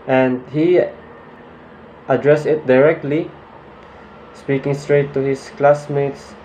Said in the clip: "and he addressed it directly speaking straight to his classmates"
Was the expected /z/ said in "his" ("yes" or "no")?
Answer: no